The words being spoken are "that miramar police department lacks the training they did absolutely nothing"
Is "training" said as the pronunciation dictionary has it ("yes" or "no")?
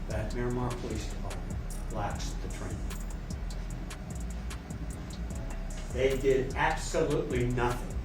no